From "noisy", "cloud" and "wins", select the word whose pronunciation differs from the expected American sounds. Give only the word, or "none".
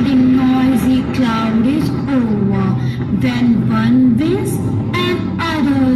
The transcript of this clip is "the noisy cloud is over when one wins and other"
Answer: wins